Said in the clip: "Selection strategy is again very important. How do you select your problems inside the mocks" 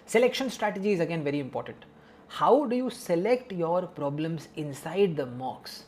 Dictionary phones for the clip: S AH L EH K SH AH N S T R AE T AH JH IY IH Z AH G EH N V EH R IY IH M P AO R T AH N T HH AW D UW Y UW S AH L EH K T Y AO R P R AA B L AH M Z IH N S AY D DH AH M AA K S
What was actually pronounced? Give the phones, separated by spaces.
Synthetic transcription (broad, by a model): S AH L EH K SH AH N S T R AE T AH JH IY IH Z AH G EH N V EH R IY IH M P AO R T AH N T HH AW D UW Y UW S AH L EH K T Y AO R P R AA B L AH M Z IH N S AY D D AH M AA K S